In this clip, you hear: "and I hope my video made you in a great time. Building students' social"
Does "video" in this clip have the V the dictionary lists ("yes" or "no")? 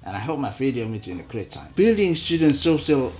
no